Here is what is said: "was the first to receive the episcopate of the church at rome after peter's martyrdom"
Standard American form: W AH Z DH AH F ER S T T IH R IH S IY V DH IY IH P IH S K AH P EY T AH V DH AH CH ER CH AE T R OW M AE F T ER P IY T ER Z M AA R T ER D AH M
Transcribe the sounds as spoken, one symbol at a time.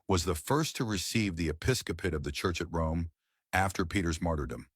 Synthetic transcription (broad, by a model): W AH Z DH AH F ER S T T IH R IH S IY V DH IY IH P IH S K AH P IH T AH V DH AH CH ER CH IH T R OW M AE F T ER P IY T ER Z M AA R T ER D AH M